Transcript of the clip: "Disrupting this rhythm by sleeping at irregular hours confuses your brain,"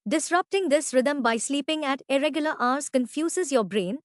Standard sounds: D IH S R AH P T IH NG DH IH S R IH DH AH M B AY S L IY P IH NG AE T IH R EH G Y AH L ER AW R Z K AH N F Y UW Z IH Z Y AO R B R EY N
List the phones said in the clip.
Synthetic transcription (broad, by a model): D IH S R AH P T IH NG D IH S R IH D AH M B AY S L IY P IH NG AE T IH R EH G Y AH L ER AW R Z K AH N F Y UW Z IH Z Y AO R B R EY N